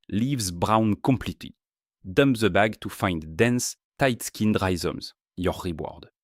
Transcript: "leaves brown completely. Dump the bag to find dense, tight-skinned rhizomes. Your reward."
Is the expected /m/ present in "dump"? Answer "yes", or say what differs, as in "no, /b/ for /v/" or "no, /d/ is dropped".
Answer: yes